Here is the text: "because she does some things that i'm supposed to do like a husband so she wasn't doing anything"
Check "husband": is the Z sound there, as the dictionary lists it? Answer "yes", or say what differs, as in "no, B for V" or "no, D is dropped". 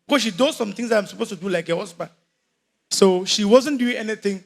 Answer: no, S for Z